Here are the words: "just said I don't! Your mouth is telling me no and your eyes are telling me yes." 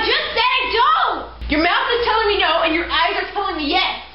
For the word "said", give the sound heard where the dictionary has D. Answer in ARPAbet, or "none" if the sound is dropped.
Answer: none